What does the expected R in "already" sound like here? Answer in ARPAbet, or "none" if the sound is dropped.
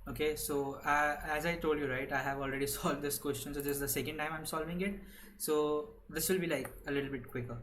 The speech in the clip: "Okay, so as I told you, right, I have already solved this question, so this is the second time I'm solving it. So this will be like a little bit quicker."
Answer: R